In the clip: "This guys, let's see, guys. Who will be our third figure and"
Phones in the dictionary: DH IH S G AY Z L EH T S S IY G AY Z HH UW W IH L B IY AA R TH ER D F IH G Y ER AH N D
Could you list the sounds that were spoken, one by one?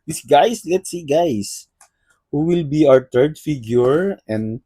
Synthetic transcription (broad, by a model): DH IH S G AY S L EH T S S IY G AY S HH UW W IH L B IY AA R T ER D F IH G Y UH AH N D